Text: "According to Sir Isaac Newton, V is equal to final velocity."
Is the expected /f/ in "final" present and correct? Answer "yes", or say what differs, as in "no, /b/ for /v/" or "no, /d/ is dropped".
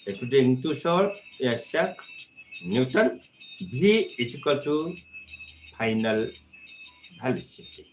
no, /p/ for /f/